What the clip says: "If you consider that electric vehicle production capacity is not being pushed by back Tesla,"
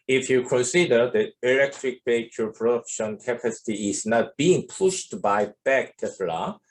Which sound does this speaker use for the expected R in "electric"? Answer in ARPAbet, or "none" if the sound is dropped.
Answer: R